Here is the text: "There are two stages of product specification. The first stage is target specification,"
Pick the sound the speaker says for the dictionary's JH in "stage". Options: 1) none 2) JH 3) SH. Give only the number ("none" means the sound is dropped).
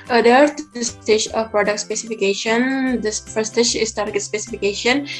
3